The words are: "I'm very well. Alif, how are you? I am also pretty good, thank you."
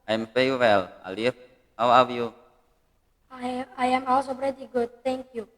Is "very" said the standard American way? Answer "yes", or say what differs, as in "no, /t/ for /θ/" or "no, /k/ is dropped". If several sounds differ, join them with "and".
no, /f/ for /v/